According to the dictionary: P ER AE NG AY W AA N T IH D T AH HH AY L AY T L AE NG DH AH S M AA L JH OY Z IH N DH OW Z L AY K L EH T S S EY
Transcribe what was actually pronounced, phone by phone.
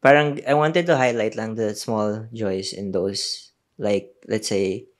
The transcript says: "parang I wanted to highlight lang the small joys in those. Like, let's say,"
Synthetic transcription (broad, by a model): P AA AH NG AY W AA N T IH D T AH HH AY L AY T L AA NG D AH S M AA L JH OY S IH N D OW S L AY K L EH T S S EY